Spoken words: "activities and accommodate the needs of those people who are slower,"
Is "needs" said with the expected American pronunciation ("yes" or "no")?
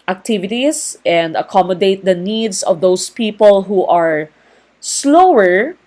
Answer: no